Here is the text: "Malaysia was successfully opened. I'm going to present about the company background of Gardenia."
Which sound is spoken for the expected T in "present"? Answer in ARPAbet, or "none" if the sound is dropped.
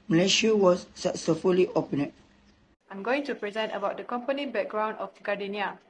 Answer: T